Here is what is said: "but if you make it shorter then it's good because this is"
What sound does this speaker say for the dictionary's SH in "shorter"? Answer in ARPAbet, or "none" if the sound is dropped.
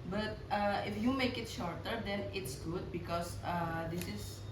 SH